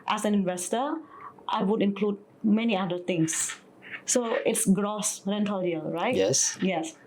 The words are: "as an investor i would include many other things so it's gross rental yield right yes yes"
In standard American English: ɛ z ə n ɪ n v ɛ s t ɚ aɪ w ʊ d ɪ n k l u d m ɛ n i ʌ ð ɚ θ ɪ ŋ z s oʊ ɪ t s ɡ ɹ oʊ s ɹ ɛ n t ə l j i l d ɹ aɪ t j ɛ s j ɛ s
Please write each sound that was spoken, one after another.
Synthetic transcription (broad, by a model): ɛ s ə n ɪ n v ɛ s t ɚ aɪ w ʊ d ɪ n k l u d m ɛ n i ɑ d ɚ t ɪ ŋ s oʊ ɪ t s ɡ ɹ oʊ s ɹ ɛ n t ə l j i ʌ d ɹ aɪ t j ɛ s j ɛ s